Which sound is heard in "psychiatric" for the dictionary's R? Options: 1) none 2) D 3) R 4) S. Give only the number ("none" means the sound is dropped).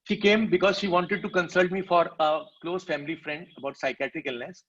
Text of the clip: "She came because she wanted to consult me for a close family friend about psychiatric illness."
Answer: 3